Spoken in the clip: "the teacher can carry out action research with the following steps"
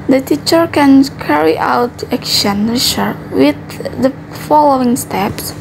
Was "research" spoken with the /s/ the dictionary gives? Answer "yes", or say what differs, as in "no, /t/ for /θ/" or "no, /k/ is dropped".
no, /ʃ/ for /s/